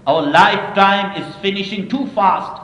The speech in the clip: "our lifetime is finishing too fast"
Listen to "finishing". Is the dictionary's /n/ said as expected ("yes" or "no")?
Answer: yes